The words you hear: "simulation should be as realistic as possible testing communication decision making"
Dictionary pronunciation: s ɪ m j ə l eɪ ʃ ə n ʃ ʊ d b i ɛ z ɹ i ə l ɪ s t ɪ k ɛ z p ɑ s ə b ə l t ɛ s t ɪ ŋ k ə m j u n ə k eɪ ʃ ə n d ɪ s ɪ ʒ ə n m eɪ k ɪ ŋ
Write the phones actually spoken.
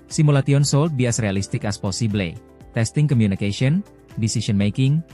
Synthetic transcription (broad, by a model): s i m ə l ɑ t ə n s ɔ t b i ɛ s ɹ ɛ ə l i s t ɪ k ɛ s p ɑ s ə b l t ɛ s t ɪ ŋ k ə m j u n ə k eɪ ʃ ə n d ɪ s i s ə n m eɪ k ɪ ŋ